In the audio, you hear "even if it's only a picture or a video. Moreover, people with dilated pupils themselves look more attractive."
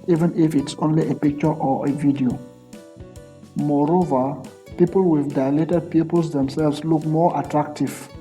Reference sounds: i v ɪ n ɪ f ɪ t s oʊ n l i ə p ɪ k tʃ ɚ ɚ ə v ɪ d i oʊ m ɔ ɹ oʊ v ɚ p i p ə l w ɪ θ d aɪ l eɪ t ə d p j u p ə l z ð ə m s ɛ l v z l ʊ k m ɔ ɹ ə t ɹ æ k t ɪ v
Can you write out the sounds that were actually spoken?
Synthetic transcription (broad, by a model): i v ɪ n ɪ f ɪ t s oʊ n l i ə p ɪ k tʃ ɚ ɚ ə v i d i oʊ m ɔ ɹ oʊ v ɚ p i p ə l w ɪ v d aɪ l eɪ t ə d p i p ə l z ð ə m s ɛ l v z l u k m ɔ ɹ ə t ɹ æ k t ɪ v